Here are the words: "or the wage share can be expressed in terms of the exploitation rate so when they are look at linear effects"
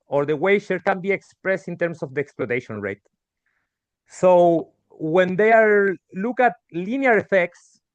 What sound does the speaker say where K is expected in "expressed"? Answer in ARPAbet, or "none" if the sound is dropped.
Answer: K